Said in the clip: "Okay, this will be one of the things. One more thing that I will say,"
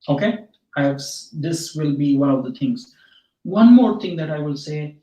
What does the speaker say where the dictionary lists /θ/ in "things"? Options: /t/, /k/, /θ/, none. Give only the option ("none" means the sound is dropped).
/t/